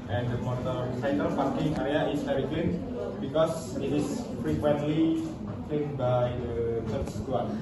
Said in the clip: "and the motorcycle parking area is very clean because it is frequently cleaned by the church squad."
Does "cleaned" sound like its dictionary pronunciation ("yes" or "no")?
no